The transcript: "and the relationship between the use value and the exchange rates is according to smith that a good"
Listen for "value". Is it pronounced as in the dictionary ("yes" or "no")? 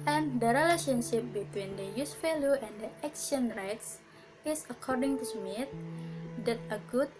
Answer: no